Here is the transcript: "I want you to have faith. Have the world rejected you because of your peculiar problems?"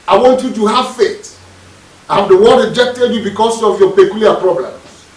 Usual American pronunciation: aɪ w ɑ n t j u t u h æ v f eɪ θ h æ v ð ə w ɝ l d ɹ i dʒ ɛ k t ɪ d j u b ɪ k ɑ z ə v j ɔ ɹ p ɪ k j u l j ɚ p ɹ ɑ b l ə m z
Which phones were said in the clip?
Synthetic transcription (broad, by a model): aɪ w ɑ n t j u t u h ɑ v f eɪ t h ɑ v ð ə w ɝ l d ɹ i dʒ ɛ k t ɪ d j u b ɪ k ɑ s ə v j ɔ p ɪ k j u l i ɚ p ɹ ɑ b l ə m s